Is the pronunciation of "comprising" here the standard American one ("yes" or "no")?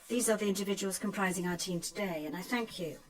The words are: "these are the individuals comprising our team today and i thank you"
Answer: yes